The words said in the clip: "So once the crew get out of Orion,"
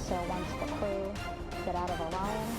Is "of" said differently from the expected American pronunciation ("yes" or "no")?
no